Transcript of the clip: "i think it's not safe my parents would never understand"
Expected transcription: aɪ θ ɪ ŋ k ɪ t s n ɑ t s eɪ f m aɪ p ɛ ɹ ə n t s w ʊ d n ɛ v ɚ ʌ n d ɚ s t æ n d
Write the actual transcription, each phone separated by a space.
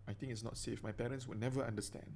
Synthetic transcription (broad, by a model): aɪ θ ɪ ŋ ɪ t s n ɑ t s eɪ f m aɪ p ɛ ɹ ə n s w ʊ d n ɛ v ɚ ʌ n d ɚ s t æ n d